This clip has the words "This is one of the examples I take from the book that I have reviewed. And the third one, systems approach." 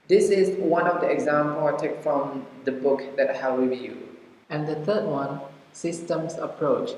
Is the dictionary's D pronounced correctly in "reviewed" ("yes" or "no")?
no